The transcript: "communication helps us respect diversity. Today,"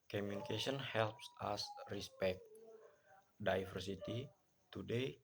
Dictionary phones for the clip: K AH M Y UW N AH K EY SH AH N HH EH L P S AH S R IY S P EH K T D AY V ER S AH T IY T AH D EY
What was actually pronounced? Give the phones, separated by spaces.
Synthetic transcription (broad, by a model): K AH M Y UW N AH K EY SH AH N HH EH L P S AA S R IY S P EH K T D AY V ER S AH T IY T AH D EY